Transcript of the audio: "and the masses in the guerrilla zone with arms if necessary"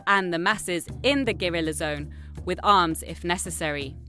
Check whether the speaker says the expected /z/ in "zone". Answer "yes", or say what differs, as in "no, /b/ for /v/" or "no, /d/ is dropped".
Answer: yes